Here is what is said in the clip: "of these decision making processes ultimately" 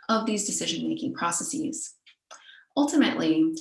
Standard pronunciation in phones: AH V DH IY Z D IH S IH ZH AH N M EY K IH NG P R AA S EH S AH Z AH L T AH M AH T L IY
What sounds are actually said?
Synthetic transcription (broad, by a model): AH V DH IY Z D IH S IH ZH AH N M EY K IH NG P R AA S EH S AH Z AH L T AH M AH T L IY